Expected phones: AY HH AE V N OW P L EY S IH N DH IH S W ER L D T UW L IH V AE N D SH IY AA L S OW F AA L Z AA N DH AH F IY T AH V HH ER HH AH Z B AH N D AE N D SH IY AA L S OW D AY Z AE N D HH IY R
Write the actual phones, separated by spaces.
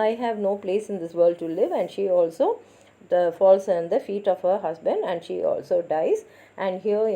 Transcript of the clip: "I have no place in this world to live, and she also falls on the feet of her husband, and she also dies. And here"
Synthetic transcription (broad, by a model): AY HH AE V N OW P L EY S IH N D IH S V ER L D T UW L IH V AE N D SH IY AA L S OW F AA L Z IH N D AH F IY T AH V HH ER HH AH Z B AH N D AE N D SH IY AA L S OW D AY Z AE N D HH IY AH